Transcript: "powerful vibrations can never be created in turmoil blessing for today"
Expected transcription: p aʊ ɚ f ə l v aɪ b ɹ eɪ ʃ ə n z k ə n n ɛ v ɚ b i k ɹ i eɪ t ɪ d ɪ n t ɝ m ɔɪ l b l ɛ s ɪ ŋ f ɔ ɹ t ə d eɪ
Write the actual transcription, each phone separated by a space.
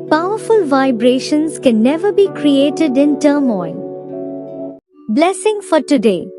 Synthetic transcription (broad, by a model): p aʊ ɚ f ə l v aɪ b ɹ eɪ ʃ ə n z k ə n n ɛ v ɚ b i k ɹ i eɪ t ɪ d ɪ n t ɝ m ɔɪ n b l ɛ s ɪ ŋ f ɔ ɹ t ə d eɪ